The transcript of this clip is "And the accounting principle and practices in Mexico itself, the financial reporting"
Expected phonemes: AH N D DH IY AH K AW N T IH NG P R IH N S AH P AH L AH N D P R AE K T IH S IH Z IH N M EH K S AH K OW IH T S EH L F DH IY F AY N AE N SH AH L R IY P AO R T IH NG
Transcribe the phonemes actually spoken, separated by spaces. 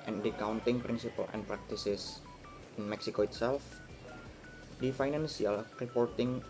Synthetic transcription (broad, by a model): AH N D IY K AW N T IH NG P R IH N S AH P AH L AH N P R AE K T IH S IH S IH N M EH K S AH K OW IH T S EH L F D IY F AY N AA N S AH L R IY P AO R T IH NG